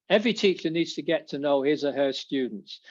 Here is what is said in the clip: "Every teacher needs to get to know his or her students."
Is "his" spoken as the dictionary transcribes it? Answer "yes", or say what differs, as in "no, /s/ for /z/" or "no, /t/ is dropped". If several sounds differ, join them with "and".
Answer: yes